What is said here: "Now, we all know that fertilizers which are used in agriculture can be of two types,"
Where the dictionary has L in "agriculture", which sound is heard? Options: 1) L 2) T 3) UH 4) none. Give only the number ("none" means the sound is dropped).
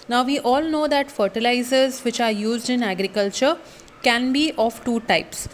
1